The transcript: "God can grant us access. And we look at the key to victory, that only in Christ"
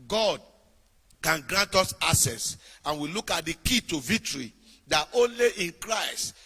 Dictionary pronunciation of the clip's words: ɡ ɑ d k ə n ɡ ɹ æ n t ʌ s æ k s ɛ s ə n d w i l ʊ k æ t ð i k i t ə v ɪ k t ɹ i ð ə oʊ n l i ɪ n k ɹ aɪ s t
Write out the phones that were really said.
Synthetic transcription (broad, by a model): ɡ ɑ d k ə n ɡ ɹ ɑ n t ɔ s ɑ s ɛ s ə n w i l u k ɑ t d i k i t ə v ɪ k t ɹ i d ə oʊ n l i ɪ n k ɹ aɪ s t